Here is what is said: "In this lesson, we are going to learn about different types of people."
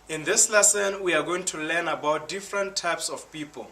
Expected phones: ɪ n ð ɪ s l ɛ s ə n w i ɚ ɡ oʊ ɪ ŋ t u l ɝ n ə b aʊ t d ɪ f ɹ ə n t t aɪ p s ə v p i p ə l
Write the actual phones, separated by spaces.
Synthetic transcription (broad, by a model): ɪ n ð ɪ s l ɛ s ə n w i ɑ ɡ oʊ ɪ ŋ t u l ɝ n ə b aʊ t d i f ɹ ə n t t aɪ p s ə f p i p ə l